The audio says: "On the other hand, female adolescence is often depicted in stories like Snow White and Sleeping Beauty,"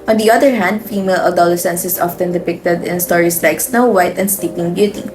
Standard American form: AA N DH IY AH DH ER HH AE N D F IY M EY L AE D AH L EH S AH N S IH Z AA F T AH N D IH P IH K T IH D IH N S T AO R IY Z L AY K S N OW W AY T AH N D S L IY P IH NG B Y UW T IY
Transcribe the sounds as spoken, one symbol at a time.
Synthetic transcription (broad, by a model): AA N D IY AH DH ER HH AE N D F IY M EY L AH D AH L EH S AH N S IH S AA F T AH N D IH P IH K T IH D IH N S T AO R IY S L AY K S N OW W AY T AH N D S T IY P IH NG B Y UW T IY